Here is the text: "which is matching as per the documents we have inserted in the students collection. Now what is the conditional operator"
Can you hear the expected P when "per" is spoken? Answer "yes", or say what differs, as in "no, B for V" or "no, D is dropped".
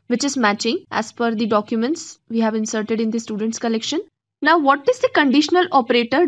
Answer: no, F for P